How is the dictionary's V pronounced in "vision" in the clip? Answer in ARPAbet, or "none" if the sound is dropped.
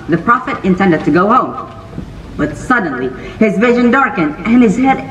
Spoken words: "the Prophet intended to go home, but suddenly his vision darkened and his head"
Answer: V